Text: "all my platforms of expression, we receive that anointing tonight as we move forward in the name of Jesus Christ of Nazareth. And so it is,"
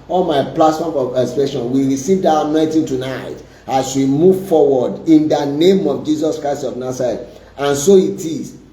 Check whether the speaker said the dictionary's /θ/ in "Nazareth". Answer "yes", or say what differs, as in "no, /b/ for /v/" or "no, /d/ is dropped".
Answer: no, /t/ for /θ/